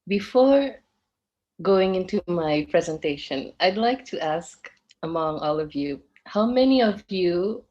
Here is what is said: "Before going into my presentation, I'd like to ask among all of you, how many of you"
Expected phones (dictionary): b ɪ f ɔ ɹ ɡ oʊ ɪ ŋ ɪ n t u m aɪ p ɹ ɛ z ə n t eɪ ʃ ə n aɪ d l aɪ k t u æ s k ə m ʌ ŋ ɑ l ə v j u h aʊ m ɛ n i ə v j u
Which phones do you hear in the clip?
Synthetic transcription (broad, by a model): b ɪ f ɔ ɹ ɡ oʊ ɪ ŋ ɪ n t u m aɪ p ɹ ɛ z ə n t eɪ ʃ ə n aɪ d l aɪ k t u æ s k ə m ʌ ŋ ɑ l ə v j u h aʊ m ɛ n i ə v j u